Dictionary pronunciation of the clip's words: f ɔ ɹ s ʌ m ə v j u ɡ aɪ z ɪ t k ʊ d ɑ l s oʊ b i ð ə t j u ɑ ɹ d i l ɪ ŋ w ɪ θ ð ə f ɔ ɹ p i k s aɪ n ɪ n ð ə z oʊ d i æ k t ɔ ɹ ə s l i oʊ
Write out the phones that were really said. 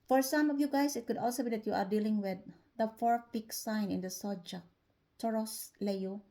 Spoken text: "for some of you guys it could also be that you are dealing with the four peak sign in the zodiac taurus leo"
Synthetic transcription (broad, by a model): f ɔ ɹ s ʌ m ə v j u ɡ aɪ s ɪ t k ʊ d ɑ l s oʊ b i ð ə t j u ɑ ɹ d i l ɪ ŋ w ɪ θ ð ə f ɔ ɹ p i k s aɪ n ɪ n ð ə s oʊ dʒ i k t ɔ ɹ ə s l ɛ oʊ